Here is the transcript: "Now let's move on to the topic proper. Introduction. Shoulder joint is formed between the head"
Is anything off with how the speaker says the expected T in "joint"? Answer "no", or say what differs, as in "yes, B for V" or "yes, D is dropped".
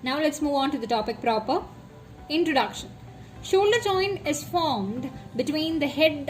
yes, T is dropped